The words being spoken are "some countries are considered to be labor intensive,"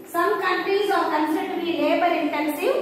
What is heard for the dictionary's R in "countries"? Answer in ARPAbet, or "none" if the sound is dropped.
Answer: none